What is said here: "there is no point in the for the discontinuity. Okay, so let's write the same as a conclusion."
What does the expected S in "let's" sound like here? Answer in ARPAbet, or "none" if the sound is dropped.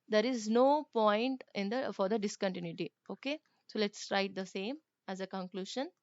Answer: S